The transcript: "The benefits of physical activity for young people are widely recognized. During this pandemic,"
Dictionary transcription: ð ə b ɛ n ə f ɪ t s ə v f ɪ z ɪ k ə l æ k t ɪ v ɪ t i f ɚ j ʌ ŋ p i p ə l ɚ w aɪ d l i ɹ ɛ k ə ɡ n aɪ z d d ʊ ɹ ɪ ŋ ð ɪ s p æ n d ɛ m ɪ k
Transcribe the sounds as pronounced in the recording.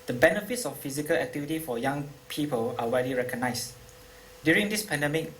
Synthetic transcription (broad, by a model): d ə b ɛ n ə f ɪ t s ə f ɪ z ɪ k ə l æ k t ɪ v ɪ t i f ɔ j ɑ ŋ p i p ə l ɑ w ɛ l i ɹ ɛ k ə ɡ n aɪ s d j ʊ ɹ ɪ ŋ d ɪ s p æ n d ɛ m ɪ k